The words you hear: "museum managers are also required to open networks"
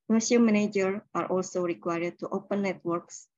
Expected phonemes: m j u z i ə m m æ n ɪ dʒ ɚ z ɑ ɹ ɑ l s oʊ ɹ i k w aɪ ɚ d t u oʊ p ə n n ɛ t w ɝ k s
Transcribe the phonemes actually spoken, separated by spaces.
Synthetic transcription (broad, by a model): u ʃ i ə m m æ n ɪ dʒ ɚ ɑ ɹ ɑ l s oʊ ɹ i k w aɪ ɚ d t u oʊ p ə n n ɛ t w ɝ k s